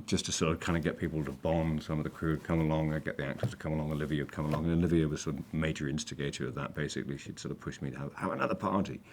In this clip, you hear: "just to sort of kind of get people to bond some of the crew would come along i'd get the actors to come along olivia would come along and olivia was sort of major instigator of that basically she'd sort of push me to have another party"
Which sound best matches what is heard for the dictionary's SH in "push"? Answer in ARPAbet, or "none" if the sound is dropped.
SH